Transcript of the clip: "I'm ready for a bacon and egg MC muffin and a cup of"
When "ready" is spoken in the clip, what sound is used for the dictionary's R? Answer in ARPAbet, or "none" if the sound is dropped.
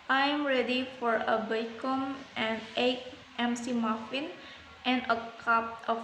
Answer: R